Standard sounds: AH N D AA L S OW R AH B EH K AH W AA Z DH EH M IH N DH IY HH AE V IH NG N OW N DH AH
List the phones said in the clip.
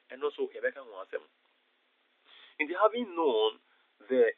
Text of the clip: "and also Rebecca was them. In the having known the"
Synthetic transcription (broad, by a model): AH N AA S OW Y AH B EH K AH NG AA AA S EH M IH N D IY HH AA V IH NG N OW N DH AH